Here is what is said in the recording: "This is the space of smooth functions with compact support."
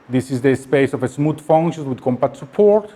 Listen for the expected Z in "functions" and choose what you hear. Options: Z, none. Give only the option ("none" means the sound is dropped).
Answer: none